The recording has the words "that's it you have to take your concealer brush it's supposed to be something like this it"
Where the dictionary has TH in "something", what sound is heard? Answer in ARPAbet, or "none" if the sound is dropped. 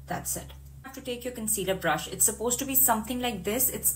T